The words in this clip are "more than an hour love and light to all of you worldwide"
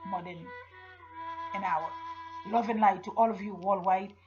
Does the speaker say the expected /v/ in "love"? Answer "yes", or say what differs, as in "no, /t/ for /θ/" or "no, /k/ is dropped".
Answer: yes